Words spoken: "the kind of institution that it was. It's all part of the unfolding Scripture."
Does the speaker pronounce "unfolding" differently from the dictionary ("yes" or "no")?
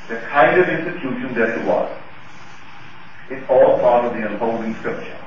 yes